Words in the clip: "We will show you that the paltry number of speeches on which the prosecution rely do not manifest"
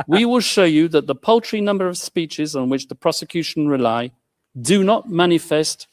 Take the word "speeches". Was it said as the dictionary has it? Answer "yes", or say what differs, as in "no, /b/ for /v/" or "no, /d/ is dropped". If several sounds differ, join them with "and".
yes